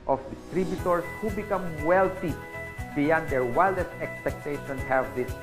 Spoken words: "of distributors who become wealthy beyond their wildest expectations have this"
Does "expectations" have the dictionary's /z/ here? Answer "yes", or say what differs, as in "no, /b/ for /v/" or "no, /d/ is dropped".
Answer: no, /z/ is dropped